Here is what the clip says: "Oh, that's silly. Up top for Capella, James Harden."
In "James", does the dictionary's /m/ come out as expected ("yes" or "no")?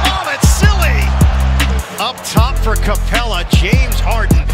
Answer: yes